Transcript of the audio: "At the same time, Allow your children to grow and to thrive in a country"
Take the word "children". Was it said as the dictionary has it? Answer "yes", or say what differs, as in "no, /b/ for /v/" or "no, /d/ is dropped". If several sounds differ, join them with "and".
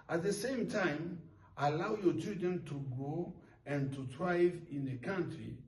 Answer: no, /l/ is dropped